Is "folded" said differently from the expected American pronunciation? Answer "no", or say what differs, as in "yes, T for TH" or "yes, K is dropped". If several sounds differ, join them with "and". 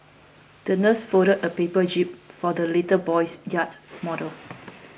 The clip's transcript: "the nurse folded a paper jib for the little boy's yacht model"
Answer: yes, L is dropped